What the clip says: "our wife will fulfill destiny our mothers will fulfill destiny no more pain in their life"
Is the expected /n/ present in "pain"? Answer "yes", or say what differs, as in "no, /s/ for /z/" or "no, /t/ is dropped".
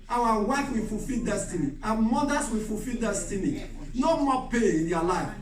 no, /n/ is dropped